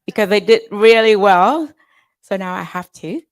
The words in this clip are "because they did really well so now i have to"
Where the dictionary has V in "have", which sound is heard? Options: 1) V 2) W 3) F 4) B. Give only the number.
3